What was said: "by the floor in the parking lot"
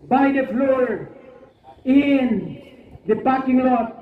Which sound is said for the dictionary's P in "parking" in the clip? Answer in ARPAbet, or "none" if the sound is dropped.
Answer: B